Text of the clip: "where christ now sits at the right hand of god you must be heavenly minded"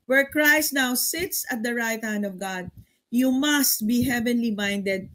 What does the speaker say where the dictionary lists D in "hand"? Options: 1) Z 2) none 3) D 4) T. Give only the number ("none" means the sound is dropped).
3